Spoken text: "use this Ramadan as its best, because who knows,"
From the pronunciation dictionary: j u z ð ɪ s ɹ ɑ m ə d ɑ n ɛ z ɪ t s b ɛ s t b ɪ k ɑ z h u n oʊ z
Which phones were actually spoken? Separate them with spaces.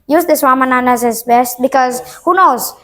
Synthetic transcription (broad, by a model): j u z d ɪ s w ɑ m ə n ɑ n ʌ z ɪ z b ɛ s t b ɪ k ɑ z h u n oʊ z